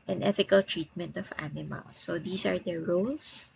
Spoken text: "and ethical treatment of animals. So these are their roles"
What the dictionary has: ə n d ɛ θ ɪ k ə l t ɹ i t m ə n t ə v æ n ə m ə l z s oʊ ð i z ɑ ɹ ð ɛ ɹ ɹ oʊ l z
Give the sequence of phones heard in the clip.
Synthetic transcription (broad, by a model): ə n ɛ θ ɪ k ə l t ɹ i t m ə n t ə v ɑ n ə m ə l s oʊ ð i s ɑ ɹ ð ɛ ɹ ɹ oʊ l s